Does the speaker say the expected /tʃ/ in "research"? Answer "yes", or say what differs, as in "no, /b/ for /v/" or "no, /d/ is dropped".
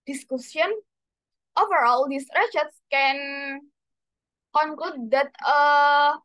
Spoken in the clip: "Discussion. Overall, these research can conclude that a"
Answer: no, /s/ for /tʃ/